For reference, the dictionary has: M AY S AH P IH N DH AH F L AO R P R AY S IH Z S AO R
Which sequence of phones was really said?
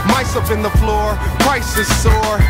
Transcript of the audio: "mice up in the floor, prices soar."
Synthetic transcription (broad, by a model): M AY S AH F IH N DH AH F L AO R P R AY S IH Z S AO R